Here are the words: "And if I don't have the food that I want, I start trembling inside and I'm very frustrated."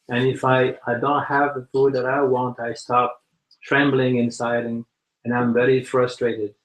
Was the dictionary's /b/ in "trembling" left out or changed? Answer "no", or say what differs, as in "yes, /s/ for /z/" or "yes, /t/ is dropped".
no